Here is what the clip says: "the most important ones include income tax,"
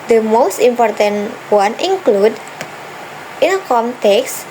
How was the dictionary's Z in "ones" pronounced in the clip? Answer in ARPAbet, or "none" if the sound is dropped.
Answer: none